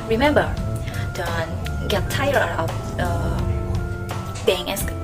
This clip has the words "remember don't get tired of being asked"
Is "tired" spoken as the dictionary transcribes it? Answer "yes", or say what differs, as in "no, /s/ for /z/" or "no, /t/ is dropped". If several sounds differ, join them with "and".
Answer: no, /d/ is dropped